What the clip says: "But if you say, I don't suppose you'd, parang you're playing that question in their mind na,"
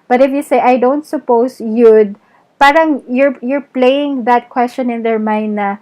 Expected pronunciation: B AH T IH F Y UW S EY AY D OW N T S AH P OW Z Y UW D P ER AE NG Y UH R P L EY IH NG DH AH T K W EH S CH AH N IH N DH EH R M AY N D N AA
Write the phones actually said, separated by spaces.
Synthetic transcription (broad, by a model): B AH T IH F Y UW S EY AY D OW N T S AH P OW S Y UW D P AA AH NG Y UH R P L EY IH NG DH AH T K W EH S CH AH N IH N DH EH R M AY N D N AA